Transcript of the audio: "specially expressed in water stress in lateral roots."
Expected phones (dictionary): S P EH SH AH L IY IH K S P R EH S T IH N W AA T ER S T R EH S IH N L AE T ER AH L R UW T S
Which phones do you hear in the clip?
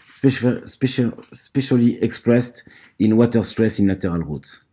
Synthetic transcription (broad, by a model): S P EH SH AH L IY IH K S P R EH S T IH N W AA T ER S T R EH S IH N L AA T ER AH L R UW T